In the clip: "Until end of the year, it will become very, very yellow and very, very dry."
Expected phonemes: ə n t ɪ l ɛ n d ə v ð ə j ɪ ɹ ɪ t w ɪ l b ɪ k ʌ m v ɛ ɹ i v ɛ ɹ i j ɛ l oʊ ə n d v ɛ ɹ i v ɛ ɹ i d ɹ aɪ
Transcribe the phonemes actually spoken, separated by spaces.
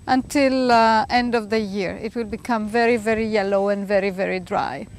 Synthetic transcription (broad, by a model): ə n t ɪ l ɛ n d ə v ð ə j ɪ ɹ ɪ t w ɪ l b ɪ k ʌ m v ɛ ɹ i v ɛ ɹ i j ɛ l oʊ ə n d v ɛ ɹ i v ɛ ɹ i d ɹ aɪ